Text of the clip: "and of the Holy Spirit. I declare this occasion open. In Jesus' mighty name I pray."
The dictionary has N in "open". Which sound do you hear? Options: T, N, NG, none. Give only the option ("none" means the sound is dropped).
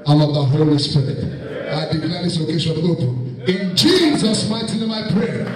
none